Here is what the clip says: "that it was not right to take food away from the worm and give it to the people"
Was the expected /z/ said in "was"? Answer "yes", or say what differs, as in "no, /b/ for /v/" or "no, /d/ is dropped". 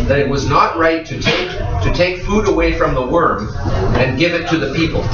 yes